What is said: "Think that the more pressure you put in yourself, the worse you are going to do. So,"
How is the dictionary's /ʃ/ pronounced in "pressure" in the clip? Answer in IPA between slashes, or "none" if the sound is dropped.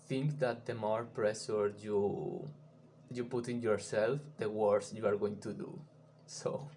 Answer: /s/